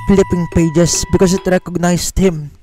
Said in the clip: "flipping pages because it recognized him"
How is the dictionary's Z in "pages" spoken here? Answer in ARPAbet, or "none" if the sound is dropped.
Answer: S